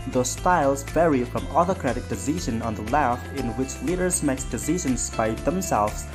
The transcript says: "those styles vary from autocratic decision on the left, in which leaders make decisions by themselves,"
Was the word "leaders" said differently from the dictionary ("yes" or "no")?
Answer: no